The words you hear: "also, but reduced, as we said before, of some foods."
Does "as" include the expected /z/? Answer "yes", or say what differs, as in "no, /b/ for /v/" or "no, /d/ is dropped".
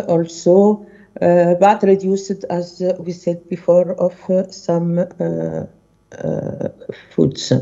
yes